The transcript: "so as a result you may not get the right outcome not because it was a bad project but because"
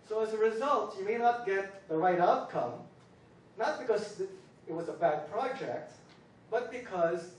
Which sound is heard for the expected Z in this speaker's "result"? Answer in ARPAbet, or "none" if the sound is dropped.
Z